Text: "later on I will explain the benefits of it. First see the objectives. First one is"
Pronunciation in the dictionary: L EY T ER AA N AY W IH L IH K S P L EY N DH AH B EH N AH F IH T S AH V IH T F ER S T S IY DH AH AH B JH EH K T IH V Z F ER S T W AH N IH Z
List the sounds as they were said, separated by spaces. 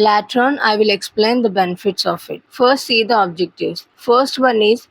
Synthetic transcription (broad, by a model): L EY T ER N AY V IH L IH K S P L EY N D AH B EH N AH F IH T S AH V IH T F ER S T S IY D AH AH B JH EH K T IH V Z F ER S T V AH N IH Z